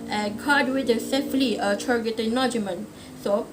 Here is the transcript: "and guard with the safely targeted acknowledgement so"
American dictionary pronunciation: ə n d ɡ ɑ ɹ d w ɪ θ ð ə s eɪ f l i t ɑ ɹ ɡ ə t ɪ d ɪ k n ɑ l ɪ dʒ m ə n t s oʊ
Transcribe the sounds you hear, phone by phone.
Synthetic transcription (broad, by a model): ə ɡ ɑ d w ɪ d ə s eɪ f l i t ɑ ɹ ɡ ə t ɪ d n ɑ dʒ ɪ m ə n s oʊ